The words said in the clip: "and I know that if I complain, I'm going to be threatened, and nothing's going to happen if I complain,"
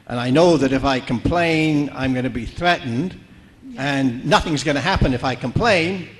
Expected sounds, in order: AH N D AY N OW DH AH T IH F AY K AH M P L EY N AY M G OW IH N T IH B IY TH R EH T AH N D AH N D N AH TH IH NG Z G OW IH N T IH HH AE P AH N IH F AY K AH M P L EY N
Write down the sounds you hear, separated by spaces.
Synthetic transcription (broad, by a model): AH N AY N OW DH AH T IH F AY K AH M P L EY N AY M G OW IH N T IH B IY TH R EH T N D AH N N AH TH IH NG Z G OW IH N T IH HH AE P AH N IH F AY K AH M P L EY N